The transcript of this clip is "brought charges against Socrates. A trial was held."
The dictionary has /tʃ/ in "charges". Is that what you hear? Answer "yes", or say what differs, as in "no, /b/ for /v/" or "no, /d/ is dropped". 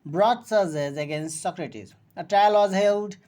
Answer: no, /s/ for /tʃ/